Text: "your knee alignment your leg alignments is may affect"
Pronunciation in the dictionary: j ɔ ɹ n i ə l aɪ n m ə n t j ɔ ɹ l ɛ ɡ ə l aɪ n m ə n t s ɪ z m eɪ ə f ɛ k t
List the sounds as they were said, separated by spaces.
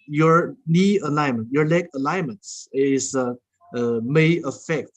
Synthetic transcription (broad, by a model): j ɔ ɹ n i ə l aɪ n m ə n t j ɔ ɹ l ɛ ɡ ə l aɪ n m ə n s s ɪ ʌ m eɪ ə f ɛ k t